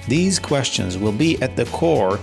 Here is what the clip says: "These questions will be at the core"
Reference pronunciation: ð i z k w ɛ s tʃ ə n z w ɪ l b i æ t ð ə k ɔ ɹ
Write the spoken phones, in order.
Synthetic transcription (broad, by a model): ð i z k w ɛ s tʃ ə n z w ɪ l b i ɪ t ð ə k ɔ ɹ